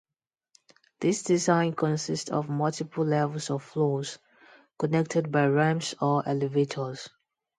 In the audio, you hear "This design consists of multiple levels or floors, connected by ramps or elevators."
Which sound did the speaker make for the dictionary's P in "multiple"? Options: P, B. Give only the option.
P